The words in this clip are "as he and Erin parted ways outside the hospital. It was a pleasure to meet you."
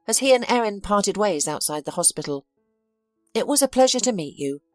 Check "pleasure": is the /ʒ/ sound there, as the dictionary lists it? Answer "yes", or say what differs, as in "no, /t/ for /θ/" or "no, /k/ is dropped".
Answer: yes